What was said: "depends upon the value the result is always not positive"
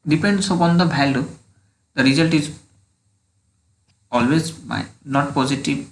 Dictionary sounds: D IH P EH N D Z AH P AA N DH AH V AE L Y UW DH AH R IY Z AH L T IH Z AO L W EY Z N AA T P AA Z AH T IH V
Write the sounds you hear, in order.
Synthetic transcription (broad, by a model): D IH P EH N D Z AH P AA N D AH B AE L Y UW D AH R IY Z AH L T IH Z AO L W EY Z N AA T P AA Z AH T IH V